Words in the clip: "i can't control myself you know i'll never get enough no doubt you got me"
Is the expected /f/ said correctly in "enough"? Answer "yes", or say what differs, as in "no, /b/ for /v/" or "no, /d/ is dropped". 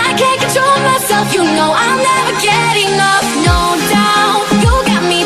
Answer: no, /p/ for /f/